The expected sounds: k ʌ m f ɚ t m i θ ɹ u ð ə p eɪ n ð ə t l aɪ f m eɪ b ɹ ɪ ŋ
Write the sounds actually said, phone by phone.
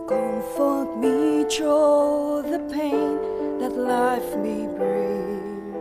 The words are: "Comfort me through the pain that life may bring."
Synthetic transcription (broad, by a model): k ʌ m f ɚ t m i t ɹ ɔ ð ə p eɪ n ð ə t l aɪ f m eɪ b ɹ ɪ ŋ